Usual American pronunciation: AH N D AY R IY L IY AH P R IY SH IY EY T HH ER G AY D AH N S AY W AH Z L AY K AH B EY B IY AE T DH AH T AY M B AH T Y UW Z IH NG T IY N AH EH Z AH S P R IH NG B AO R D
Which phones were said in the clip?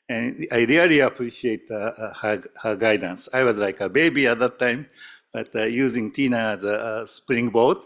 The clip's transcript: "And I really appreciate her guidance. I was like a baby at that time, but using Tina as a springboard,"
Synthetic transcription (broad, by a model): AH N AY R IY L IY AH P R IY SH IY EY T HH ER G AY D AH N S AY W AH Z L AY K AH B EY B IY AE T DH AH T AY M B AH T Y UW Z IH NG T IY N AH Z AH S P R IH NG B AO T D